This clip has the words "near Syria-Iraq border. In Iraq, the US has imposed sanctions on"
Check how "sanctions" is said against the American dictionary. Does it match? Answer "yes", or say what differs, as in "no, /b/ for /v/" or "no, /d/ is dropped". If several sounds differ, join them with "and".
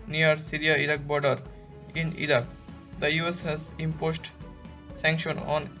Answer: no, /z/ is dropped